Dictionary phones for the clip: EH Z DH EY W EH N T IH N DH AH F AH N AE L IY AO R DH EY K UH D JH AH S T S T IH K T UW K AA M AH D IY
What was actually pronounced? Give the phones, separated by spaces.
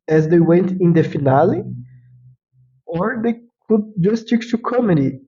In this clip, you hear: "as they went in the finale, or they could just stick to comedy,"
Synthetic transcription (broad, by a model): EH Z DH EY W EH N T IH N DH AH F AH N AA L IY AO R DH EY K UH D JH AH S S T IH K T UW K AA M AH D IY